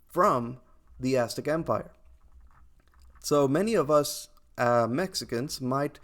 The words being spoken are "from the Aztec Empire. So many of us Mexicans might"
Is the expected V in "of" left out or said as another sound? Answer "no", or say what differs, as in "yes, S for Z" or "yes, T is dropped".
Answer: no